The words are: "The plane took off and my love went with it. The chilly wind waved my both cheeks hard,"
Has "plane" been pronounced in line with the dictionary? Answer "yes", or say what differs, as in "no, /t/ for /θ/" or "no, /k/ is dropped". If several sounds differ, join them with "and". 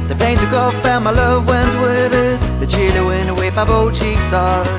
no, /l/ is dropped